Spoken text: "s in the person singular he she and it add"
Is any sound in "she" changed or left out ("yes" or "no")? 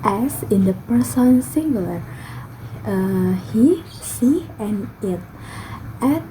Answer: yes